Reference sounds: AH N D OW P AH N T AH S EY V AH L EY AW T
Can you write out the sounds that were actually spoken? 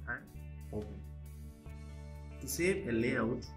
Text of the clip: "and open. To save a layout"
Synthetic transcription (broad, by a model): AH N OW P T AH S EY P AH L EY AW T